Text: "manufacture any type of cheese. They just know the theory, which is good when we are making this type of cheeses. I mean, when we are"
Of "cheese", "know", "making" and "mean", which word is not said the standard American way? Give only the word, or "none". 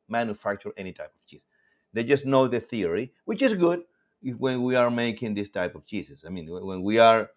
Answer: cheese